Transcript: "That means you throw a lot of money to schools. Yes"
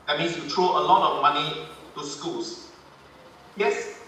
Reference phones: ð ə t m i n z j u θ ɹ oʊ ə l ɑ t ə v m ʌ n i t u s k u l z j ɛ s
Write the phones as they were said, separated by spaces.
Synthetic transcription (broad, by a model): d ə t m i n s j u t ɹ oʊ ə l ɑ t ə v m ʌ n i t u s k u l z j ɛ s